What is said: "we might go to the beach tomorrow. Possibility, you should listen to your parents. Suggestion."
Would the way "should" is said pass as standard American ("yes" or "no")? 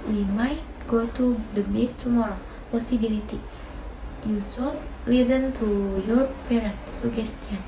no